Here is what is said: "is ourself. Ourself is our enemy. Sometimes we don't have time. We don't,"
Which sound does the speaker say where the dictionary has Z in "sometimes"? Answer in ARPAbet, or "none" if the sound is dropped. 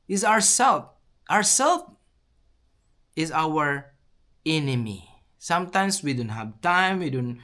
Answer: S